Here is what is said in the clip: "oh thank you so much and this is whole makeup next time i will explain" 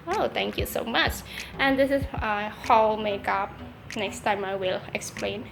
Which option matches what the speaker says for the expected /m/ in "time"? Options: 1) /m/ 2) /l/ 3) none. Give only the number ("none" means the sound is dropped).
1